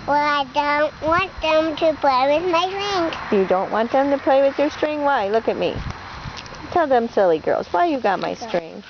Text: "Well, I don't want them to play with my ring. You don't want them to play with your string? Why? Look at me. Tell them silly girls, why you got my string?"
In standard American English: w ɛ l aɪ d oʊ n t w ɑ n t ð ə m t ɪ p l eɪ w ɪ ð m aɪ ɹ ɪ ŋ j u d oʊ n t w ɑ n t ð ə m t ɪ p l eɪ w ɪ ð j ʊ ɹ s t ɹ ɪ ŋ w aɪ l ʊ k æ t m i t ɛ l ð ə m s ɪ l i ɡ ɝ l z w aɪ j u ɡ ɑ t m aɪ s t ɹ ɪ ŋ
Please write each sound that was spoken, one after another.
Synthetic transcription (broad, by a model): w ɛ l aɪ d oʊ n t w ɑ n t ð ə m t ɪ p l eɪ w ɪ ð m aɪ ɹ ɪ ŋ j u d oʊ n t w ɑ n ð ə m t ɪ p l eɪ w ɪ ð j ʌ ɹ s t ɹ ɪ ŋ w aɪ l ʊ k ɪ t m i t ɛ l ð ə m s ɪ l i ɡ ɝ l z w aɪ j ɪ ɡ ɑ t m aɪ s t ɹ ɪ ŋ